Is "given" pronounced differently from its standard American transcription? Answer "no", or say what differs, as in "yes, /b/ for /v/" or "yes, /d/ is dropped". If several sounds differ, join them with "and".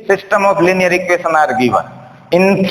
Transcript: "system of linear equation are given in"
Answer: yes, /n/ is dropped